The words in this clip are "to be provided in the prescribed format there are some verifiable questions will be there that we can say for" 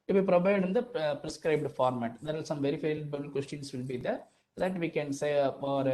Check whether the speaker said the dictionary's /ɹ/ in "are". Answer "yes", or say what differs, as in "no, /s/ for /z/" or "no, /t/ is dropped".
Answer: no, /l/ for /ɹ/